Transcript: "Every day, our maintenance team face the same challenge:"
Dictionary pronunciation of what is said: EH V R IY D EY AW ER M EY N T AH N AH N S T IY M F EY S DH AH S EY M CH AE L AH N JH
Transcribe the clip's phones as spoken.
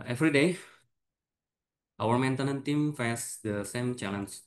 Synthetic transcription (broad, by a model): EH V R IY D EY AW ER M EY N T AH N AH N T IY M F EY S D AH S EY M CH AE L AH N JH